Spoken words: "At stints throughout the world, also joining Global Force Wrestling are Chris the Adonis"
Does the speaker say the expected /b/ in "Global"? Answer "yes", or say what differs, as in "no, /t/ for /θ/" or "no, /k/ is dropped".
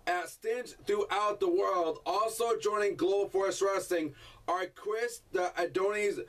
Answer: no, /b/ is dropped